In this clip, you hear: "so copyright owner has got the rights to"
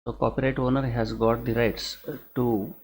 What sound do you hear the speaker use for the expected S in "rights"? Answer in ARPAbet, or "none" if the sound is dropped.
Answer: S